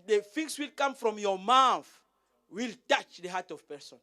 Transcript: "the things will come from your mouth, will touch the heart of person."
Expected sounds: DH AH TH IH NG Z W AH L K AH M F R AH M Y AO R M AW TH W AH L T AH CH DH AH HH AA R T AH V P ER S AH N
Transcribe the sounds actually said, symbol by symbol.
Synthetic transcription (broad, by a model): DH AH F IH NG S W AH L K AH M F R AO M Y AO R M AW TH W AH L T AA CH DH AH HH AA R T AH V P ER S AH N